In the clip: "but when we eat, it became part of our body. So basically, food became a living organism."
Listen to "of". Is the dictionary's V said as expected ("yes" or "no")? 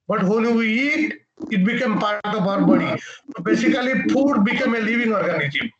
no